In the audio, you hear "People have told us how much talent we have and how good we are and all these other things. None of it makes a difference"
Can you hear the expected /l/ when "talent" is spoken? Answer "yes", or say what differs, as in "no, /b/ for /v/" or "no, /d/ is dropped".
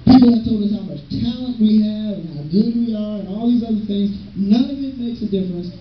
yes